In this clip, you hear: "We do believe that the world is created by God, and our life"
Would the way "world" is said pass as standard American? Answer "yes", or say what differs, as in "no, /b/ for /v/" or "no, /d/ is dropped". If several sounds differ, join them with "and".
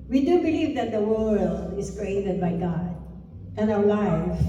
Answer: yes